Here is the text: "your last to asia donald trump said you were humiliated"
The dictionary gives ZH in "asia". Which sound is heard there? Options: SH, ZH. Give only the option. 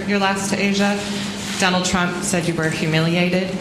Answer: ZH